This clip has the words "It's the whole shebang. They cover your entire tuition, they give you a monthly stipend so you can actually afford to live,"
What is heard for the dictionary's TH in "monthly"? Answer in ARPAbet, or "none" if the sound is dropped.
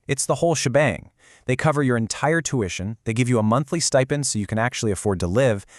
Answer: TH